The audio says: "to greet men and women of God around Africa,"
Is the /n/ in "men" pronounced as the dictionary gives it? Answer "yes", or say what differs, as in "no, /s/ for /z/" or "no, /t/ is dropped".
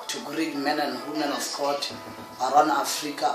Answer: yes